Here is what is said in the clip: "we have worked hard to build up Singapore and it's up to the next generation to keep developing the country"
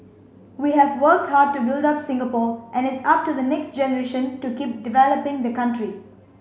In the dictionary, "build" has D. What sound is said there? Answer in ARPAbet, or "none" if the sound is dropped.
D